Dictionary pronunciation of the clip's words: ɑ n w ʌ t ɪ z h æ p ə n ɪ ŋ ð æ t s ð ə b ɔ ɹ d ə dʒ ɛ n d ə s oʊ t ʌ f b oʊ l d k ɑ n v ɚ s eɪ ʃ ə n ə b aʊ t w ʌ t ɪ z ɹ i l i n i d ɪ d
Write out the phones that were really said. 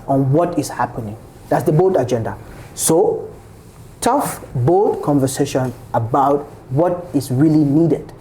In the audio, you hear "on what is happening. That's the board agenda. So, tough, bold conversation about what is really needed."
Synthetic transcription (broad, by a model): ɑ n w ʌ t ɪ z h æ p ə n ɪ ŋ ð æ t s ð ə b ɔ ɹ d ə dʒ ɛ n d ə s oʊ t ʌ f b oʊ d k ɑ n v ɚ s eɪ ʃ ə n ə b aʊ t w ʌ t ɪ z ɹ i l i n i d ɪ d